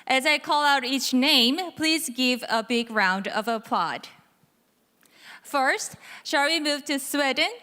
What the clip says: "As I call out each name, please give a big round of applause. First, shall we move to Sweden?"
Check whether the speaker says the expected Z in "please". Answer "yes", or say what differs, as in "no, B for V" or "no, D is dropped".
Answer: yes